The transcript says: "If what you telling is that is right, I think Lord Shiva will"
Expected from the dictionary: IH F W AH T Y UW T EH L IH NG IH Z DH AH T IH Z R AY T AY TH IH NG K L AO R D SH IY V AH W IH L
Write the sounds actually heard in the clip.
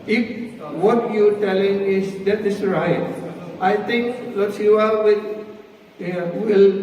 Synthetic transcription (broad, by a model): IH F W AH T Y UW T EH L IH NG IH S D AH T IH S R AY T AY T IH NG K L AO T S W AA W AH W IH L